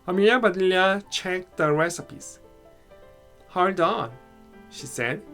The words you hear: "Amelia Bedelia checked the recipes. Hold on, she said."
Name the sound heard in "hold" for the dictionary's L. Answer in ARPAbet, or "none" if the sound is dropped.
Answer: none